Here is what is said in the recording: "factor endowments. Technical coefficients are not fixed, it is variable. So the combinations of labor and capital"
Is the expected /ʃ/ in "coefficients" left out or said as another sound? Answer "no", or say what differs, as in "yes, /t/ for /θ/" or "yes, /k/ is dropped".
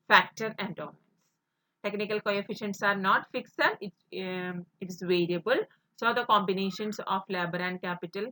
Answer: no